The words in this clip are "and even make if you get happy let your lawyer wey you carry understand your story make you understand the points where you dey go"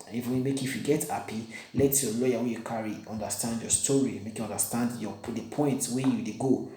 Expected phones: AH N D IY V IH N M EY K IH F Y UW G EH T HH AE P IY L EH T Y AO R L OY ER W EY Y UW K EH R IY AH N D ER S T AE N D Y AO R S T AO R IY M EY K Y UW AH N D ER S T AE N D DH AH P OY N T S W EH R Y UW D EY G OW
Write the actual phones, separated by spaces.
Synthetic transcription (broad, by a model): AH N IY F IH M EY K IH F Y UW G EH T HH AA P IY L EH T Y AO L OY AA W EY Y UW K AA R IY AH N D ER S T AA N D Y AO S T AO R IY M EY K Y UW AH N D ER S T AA N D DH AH P OY N T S W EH Y UW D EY G OW